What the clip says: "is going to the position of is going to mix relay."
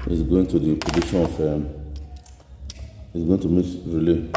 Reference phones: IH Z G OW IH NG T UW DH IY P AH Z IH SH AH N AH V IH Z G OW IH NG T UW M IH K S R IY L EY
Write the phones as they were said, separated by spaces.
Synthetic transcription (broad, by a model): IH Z G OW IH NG T UW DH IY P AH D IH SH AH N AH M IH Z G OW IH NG T UW M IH S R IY L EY